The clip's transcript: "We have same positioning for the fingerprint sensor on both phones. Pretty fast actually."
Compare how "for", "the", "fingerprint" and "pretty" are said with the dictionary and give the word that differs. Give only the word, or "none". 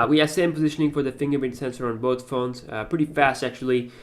fingerprint